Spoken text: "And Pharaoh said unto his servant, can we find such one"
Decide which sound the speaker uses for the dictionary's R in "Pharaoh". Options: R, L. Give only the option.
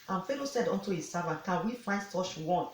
L